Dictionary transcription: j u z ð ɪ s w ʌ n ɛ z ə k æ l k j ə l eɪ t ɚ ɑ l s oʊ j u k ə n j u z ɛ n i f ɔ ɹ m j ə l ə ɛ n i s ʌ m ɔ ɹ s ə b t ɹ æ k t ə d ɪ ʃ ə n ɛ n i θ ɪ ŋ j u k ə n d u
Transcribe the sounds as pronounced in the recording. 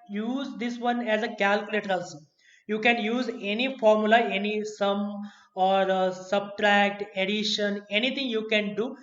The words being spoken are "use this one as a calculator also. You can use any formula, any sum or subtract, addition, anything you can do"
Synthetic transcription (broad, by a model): j u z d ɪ s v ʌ n ɛ z ə k æ l k j ə l eɪ t ɚ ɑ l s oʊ j u k ə n j u z ɛ n i f ɔ ɹ m j ə l ə ɛ n i s ʌ m ɔ ɹ s ə b t ɹ æ k t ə d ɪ ʃ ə n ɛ n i t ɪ ŋ j u k ə n d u